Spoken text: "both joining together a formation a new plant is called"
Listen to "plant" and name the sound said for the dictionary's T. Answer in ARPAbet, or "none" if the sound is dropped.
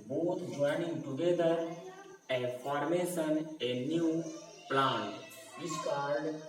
none